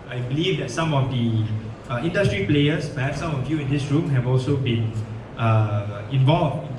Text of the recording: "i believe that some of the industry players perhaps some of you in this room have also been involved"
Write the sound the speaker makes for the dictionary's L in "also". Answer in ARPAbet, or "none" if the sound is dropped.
L